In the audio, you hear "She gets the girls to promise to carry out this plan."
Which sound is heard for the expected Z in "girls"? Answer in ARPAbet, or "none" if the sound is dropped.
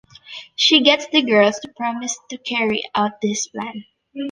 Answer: S